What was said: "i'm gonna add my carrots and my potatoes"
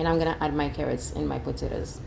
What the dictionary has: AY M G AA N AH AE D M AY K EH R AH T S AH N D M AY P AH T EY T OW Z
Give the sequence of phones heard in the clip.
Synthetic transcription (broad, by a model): AY M G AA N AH AE D M AY K EH R AH T S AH N M AY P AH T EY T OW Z